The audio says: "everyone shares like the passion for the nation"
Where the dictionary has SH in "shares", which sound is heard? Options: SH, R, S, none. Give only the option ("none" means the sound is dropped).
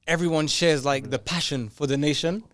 SH